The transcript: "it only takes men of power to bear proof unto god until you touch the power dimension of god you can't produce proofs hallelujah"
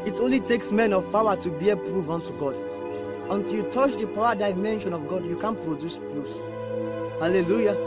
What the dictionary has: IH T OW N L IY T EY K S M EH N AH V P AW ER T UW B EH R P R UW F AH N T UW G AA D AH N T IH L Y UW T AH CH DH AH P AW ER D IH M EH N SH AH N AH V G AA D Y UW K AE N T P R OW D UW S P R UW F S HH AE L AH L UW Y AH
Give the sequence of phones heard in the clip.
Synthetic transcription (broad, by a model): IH T OW N L IY T EY K S M EH N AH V P AW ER T UW B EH P R UW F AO N T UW G AA D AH N T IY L Y UW T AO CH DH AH P AW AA D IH M EH N SH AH N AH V G AA D Y UW K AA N P R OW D UW S P R UW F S HH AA L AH L UW Y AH